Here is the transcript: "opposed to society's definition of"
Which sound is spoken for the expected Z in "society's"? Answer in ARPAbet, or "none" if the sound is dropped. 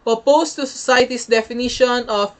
S